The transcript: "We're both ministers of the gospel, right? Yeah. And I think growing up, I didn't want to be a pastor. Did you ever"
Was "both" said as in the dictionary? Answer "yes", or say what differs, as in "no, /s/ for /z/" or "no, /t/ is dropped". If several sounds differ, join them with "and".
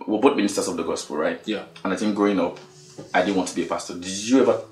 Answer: no, /t/ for /θ/